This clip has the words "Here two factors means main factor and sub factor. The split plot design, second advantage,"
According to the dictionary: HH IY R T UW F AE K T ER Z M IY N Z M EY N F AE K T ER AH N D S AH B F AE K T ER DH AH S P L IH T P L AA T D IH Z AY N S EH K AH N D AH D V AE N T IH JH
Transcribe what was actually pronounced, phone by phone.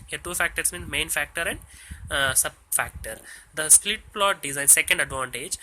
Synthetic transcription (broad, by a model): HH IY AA T UW F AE K T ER S M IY N M EY N F AE K T ER AH N D S AH B F AE K T ER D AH S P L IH T P L AA T D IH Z AY N S EH K AH N D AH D V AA N T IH JH